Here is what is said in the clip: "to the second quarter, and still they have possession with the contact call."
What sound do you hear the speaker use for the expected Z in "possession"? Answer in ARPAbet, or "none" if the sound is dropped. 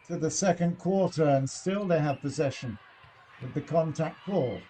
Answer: Z